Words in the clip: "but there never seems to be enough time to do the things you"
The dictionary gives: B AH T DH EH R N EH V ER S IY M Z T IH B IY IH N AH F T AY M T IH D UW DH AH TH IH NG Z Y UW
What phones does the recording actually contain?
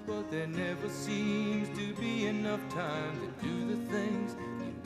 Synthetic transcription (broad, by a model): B AH T DH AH R N EH V ER S IY M Z T IH B IY IH N AH F T AY M T IH D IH DH AH TH IH NG Z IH